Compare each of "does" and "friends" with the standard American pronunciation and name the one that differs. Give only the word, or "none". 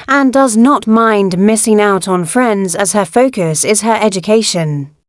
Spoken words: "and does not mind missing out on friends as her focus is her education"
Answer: none